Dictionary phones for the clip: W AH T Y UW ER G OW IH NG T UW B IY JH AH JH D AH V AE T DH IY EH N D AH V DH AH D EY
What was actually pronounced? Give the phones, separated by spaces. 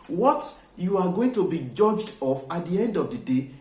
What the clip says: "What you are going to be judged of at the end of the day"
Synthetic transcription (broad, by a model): W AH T Y UW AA G OW IH NG T UW B IY JH AH JH D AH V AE T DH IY EH N D AH V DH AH D EY